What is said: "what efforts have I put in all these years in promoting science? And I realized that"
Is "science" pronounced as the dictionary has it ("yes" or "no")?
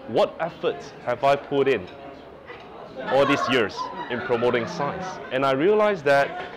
no